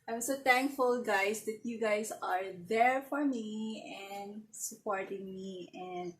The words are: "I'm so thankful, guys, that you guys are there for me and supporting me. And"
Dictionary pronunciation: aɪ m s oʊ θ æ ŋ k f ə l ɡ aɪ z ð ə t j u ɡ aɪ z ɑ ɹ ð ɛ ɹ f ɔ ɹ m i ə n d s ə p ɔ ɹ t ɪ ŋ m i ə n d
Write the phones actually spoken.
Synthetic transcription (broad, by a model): aɪ m s oʊ t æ ŋ k f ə l ɡ aɪ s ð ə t j u ɡ aɪ s ɑ ɹ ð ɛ ɹ f ɔ ɹ m i ə n d s ə p ɔ ɹ t ɪ ŋ m i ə n d